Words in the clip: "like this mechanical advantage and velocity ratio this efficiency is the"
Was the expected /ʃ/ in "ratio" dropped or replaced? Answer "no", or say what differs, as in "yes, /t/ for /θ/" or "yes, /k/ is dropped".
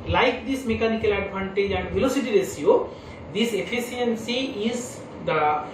yes, /s/ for /ʃ/